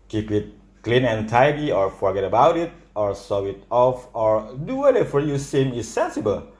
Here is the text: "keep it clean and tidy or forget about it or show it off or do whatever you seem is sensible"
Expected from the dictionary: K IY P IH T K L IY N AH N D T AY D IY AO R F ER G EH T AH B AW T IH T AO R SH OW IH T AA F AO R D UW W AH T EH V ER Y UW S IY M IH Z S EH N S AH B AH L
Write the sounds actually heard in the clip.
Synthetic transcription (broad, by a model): K IY P IH T K L IY N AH N T AY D IY AO R F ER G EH T AH B AW T IH T AO R S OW IH T AA F AO R D UW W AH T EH F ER Y UW S IY M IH S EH N S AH B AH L